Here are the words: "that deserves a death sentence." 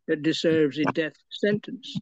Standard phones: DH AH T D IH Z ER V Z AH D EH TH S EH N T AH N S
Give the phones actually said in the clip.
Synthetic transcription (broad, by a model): DH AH T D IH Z ER V Z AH D EH TH S EH N T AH N S